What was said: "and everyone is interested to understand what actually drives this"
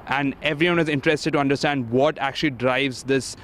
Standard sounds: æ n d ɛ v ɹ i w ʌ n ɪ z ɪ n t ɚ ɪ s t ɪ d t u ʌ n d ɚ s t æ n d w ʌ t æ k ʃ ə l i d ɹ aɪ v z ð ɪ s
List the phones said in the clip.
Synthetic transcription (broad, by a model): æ n d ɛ v ɹ i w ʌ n ɪ z ɪ n t ɚ ɪ s t ɪ d t u ʌ n d ɚ s t æ n d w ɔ t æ k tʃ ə l i d ɹ aɪ v z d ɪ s